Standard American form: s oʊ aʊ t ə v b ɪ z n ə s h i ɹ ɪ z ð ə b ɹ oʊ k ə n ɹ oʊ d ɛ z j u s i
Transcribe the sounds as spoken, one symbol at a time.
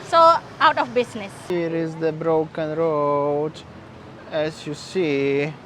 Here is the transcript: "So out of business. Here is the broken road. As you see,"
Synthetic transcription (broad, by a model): s oʊ aʊ t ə f b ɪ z n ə s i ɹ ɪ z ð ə b ɹ oʊ k ə n ɹ oʊ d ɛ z j u s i